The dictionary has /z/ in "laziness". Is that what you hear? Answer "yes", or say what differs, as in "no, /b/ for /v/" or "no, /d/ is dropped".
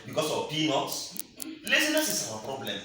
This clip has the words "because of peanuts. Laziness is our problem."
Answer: no, /s/ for /z/